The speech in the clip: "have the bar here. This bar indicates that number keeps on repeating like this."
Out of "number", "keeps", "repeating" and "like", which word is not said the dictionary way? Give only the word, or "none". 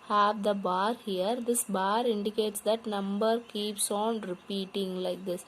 none